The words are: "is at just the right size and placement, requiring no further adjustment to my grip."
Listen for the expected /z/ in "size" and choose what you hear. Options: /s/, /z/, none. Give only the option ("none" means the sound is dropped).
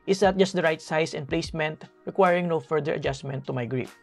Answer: /s/